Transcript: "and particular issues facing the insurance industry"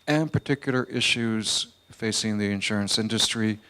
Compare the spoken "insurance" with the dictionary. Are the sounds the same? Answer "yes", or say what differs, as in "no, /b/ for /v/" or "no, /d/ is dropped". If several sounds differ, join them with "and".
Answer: yes